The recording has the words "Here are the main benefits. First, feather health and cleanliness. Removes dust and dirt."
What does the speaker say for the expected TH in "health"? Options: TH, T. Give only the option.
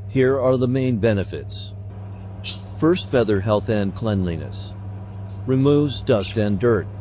TH